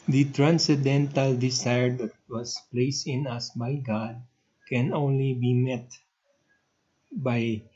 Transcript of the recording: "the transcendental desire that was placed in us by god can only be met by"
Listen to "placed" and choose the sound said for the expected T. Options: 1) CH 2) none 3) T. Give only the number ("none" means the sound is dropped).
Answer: 3